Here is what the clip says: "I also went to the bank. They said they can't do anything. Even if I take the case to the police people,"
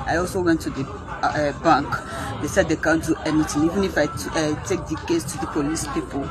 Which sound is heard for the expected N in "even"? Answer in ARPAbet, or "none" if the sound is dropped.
N